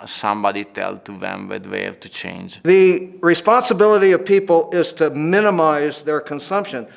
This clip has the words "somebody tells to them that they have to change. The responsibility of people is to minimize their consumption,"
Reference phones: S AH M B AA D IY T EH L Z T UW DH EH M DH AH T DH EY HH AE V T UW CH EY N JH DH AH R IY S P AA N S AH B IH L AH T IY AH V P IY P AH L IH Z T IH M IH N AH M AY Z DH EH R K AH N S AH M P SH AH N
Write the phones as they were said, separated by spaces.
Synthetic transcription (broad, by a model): S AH M B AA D IY T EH L T UW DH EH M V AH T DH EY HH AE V T UW CH EY N JH DH AH R IY S P AA N S AH B IH L AH T IY AH V P IY P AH L IH Z T IH M IH N AH M AY Z DH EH R K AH N S AH M P SH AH N